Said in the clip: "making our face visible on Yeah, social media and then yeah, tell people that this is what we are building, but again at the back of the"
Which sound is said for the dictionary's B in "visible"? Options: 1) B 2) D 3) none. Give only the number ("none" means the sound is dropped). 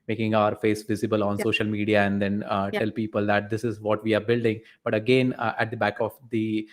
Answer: 1